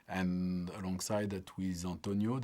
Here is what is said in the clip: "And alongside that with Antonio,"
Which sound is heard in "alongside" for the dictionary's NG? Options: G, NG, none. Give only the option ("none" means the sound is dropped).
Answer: NG